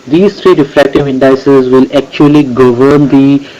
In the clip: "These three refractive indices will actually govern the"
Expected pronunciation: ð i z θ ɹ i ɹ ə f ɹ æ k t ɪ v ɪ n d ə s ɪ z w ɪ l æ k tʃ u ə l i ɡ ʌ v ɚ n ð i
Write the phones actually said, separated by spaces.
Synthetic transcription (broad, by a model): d i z t ɹ i ɹ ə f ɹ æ k t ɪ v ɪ n d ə s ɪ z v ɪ l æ k tʃ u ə l i ɡ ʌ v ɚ n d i